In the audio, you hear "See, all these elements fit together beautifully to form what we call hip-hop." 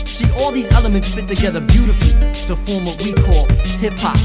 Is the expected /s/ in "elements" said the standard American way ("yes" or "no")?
yes